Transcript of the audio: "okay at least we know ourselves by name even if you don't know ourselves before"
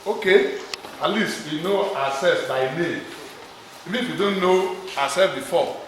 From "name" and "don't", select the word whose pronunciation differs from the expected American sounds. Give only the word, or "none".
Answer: none